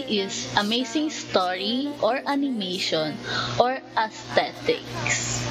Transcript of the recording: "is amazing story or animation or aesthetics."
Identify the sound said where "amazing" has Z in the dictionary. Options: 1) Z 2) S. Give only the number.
2